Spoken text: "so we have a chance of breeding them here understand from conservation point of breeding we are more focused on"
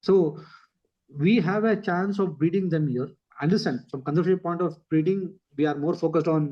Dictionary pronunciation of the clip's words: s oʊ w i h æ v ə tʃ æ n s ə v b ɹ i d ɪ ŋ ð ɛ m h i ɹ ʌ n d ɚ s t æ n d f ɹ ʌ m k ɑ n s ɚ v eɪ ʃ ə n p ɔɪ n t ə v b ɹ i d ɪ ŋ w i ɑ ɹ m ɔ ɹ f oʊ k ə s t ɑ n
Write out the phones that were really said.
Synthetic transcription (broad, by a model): s oʊ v i h æ v ə tʃ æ n s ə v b ɹ i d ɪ ŋ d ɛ m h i ɹ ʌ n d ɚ s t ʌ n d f ɹ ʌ m k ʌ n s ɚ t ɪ ə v p ɔɪ n t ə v ɹ i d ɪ ŋ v i ɑ ɹ m ɔ ɹ f oʊ k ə s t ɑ n